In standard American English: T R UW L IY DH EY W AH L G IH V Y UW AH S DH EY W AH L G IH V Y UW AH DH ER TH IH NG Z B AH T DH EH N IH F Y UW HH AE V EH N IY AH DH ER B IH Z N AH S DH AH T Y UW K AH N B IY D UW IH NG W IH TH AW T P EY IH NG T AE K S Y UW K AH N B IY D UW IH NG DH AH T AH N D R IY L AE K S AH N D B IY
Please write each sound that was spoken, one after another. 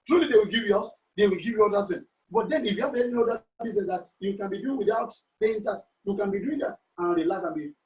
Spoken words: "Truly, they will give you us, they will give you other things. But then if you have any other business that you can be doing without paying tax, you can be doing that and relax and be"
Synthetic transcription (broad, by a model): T R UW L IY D EY W AH L G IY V Y UW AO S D EY W AH L G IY V Y UW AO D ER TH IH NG B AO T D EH N IH F Y UW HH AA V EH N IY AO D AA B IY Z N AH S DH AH T Y UW K AH N B IY D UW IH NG W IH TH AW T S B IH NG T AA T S Y UW K AH N B IY D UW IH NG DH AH T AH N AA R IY L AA S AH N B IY